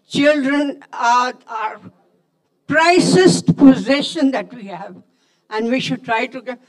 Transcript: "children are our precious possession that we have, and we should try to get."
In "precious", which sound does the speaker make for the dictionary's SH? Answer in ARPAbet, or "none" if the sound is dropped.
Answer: S